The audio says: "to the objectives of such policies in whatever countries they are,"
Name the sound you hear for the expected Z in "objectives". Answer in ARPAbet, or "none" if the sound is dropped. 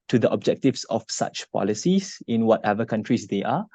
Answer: S